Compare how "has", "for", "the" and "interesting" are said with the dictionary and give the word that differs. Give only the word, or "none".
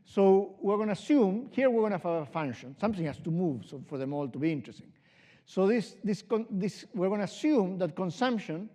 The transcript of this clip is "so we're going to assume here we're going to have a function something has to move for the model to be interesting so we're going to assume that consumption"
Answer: has